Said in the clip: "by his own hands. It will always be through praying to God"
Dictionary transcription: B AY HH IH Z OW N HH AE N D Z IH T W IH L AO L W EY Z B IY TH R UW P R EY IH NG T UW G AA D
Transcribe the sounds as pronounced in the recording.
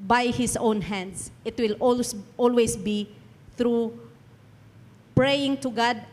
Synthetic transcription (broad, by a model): B AY HH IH S OW N HH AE N D S IH T W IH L AO L W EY S B IY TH R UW P R EY IH NG T UW G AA D